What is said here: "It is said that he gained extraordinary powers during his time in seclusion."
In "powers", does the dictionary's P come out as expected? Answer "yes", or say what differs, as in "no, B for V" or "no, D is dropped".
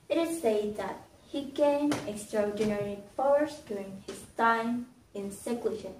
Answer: no, F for P